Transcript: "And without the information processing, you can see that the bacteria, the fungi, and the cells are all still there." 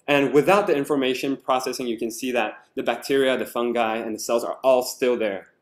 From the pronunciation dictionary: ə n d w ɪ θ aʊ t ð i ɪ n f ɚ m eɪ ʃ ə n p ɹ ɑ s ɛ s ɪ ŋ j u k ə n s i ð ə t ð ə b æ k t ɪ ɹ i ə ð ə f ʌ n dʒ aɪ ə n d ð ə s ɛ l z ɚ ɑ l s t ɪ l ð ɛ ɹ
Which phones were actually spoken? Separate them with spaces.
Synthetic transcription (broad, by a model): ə n w ɪ θ aʊ t ð i ɪ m f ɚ m eɪ ʃ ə n p ɹ ɑ s ɛ s ɪ ŋ j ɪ k ə n s i ð ə t ð ə b æ k t ɪ ɹ i ə ð ə f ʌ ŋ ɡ aɪ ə n ð ə s ɛ l z ɚ ɑ l s t ɪ l ð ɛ ɹ